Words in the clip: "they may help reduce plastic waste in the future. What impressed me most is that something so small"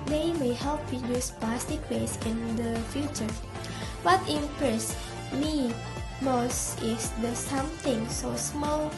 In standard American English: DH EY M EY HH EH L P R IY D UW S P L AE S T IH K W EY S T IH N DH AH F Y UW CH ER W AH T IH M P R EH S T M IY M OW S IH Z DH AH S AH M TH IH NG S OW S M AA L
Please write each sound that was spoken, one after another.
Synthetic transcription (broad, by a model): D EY M EY HH EH L P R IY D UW S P AA S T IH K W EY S IH N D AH F Y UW CH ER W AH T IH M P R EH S M IY M OW S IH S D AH S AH M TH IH NG S OW S M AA L